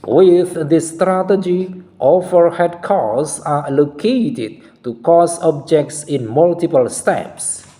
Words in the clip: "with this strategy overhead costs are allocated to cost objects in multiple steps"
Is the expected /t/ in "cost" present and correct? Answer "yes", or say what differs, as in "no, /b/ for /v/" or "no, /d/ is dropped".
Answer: no, /t/ is dropped